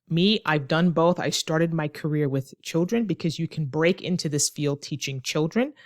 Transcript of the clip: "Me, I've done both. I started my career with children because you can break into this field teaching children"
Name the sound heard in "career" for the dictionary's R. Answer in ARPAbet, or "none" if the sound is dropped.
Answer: R